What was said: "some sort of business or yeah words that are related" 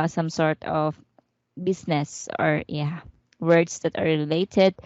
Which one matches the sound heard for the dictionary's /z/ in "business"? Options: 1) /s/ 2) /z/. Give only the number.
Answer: 1